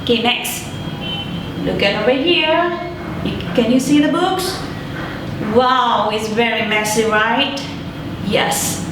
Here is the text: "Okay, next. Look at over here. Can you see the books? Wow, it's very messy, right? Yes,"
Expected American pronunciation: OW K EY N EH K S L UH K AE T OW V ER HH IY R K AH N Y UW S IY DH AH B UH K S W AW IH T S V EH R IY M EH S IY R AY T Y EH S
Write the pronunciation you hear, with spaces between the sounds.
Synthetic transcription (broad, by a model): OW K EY N EH K S L UH K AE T OW V ER HH IY R K AH N Y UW S IY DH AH B UH K S W AW IH T S V EH R IY M EH S IY R AY T Y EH S